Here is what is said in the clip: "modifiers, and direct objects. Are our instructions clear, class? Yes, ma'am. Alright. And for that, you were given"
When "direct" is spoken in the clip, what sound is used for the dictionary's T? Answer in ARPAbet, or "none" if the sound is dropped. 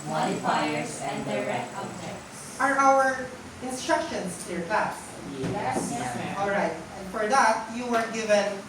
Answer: none